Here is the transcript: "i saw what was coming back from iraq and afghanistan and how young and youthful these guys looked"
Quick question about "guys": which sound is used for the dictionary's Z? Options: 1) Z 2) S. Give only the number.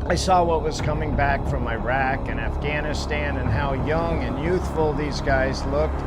1